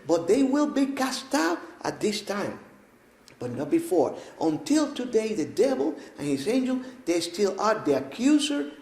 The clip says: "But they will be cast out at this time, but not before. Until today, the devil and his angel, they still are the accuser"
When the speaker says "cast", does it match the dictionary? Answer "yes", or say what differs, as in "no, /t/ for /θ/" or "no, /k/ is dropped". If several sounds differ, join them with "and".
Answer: yes